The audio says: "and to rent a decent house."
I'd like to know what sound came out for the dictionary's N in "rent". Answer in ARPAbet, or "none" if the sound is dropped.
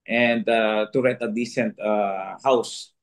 none